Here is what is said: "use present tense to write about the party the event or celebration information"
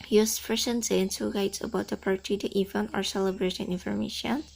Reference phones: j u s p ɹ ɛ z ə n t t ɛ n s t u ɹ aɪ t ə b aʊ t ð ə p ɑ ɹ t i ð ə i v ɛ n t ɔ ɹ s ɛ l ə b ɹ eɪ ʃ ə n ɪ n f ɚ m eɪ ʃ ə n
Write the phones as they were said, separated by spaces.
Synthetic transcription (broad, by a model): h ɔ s f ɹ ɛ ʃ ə n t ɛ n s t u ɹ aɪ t ə b aʊ t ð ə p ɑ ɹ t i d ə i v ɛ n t ɔ ɹ s ɛ l ə b ɹ eɪ ʃ ə n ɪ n f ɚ m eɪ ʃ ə n